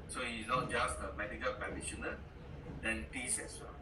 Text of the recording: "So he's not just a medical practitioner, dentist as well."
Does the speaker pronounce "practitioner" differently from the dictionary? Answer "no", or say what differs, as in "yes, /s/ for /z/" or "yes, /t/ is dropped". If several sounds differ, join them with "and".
yes, /ɹ/ is dropped